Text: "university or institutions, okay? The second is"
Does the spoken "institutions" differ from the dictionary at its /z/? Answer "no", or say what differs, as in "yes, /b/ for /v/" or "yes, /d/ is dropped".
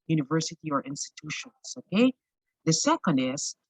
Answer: yes, /s/ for /z/